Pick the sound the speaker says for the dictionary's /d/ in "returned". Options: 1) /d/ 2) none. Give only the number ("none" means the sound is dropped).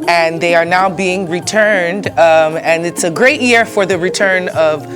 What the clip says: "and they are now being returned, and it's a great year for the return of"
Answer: 1